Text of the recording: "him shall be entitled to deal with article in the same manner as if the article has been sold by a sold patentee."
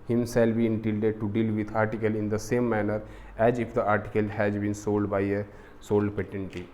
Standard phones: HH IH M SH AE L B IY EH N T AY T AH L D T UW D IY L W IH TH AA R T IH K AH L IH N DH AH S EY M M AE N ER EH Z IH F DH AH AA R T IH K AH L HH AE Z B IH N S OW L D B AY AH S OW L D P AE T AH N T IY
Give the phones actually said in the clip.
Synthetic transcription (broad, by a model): HH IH M S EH L B IY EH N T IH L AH D T UW D IY L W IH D AA R T IH K AH L IH N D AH S EY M M AE N ER EH Z IH F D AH AA R T IH K AH L HH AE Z B IH N S OW L D B AY AH S OW L D P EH T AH N T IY